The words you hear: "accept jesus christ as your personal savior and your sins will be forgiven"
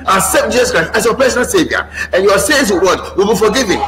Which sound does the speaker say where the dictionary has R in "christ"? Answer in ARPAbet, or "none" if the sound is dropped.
R